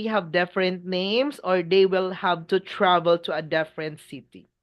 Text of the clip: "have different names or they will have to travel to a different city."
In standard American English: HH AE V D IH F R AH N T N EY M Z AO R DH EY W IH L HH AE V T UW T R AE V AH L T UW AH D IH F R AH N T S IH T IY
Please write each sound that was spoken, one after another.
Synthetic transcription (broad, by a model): HH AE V D IH F R AH N T N EY M S AO R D EY W IH L HH AE V T UW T R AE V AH L T UW AH D IH F R AH N T S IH T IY